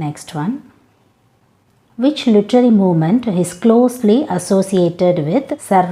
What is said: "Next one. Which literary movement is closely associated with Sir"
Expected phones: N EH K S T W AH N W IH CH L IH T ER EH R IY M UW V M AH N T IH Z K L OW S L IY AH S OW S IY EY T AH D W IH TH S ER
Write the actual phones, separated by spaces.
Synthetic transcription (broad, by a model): N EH K S T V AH N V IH CH L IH T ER R IY M UW V M AH N T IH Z K L OW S L IY AH S OW S IY EY T AH D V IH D S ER